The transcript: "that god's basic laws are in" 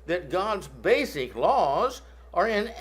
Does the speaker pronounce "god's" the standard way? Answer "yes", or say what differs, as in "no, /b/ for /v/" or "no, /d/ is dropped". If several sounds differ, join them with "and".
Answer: yes